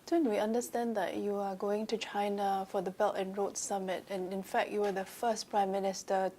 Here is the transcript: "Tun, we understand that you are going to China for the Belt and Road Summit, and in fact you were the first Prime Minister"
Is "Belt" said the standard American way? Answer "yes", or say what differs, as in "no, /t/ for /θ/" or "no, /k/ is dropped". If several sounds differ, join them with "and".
yes